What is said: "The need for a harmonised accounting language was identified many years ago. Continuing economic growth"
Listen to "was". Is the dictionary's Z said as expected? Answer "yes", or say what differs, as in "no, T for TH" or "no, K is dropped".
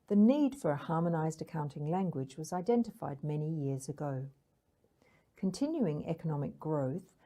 yes